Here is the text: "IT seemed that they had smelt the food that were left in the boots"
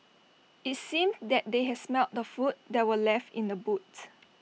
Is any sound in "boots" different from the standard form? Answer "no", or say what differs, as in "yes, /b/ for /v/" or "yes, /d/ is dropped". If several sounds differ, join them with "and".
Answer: yes, /s/ is dropped